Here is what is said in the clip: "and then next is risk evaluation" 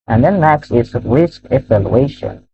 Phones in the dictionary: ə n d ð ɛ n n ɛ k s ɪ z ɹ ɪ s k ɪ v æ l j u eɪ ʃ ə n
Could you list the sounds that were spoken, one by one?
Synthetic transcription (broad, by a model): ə n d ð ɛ n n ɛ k s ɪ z ɹ ɪ s k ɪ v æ l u eɪ ʃ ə n